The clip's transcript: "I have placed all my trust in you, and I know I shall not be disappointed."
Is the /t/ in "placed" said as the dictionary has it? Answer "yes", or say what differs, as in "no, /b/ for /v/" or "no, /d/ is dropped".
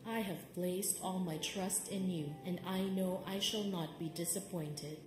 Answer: yes